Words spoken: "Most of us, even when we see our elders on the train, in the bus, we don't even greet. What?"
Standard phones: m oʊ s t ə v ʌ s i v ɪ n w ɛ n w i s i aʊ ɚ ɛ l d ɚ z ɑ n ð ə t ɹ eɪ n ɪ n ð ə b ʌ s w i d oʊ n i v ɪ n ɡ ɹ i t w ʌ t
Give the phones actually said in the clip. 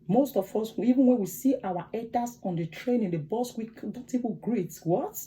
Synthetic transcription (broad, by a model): m oʊ s t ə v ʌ s i v ɪ n w ɛ n w i s i aʊ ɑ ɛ d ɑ s ɑ n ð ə t ɹ eɪ n ɪ n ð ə b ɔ s w i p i p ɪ ɡ ɹ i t w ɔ t